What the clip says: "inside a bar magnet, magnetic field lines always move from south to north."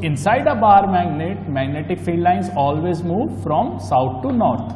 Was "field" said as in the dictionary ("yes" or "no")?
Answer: no